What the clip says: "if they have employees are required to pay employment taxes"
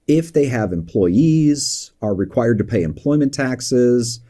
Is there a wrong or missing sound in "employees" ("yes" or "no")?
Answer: no